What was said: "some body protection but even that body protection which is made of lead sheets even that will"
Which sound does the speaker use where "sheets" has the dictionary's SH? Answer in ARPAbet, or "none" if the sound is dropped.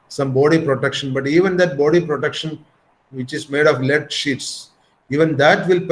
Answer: SH